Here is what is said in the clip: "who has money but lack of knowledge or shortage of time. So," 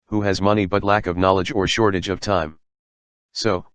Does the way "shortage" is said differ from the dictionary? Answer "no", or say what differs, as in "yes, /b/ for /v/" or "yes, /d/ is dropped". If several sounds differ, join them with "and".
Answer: no